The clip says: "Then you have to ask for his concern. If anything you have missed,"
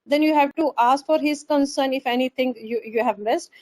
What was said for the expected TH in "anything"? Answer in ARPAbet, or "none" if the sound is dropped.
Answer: T